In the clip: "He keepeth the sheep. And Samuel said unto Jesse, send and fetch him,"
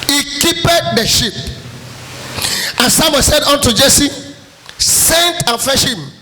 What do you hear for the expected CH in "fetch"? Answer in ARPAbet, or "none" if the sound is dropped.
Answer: SH